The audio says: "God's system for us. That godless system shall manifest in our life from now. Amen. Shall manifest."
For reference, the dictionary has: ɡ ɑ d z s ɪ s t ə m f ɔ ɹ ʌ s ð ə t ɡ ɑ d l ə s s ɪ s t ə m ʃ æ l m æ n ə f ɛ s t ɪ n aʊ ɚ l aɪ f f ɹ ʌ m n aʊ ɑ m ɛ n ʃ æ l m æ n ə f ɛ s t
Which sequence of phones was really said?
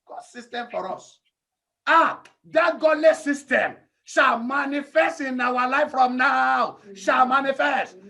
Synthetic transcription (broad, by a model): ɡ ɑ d s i s t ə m f ɔ ɹ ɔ s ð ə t ɡ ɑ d l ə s s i s t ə m ʃ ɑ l m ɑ n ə f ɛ s t ɪ n aʊ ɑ l aɪ f f ɹ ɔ m n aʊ ɑ ʊ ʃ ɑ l m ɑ n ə f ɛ s t